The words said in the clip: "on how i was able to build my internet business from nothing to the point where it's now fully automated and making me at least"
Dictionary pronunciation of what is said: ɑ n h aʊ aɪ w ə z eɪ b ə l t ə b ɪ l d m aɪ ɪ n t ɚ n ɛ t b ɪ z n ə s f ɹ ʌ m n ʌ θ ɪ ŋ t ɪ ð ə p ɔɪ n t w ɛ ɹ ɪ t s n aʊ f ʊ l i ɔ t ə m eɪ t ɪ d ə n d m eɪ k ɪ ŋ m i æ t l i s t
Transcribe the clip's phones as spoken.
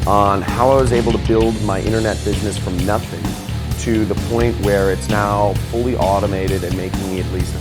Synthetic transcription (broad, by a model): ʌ n h aʊ aɪ w ə z eɪ b l t ə b ɪ l d m aɪ ɪ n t ɚ n ɛ t b ɪ z n ə s f ɹ ʌ m n ʌ θ ɪ ŋ t ɪ ð ə p ɔɪ n t w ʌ ɹ ɪ t s n aʊ f ʊ l i ɔ t ə m eɪ t ɪ d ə n m eɪ ɪ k m i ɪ t l i s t